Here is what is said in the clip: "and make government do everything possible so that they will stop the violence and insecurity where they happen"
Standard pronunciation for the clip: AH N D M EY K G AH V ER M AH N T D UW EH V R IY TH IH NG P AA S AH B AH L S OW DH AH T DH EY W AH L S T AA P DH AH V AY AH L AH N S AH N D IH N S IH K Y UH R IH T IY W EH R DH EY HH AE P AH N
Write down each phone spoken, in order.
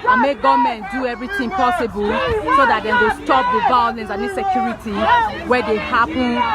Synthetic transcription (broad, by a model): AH N M EY K G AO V M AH N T D UW EH V R IY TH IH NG P AA S AH B AH L S OW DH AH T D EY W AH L S T AA P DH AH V AY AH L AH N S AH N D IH S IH K Y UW R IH T IY W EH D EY HH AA P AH N